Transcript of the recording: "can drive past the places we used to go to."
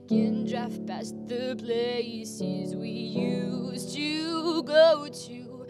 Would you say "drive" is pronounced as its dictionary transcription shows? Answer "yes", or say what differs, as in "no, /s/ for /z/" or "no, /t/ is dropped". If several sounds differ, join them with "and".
no, /f/ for /v/